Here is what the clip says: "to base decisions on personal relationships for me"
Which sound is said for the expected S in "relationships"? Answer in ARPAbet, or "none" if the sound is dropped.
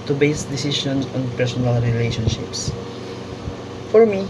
S